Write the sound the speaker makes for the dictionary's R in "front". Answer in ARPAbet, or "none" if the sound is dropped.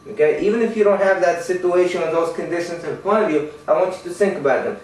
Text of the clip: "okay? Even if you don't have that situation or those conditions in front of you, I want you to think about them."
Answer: none